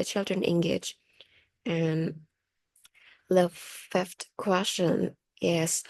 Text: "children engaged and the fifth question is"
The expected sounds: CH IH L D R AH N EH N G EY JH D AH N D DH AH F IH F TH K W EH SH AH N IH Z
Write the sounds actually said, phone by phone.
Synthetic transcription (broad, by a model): CH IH L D R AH N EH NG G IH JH AH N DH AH F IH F T K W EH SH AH N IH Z